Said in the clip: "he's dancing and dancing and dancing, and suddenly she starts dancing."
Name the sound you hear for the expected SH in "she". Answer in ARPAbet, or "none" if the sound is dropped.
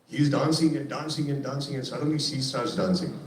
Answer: S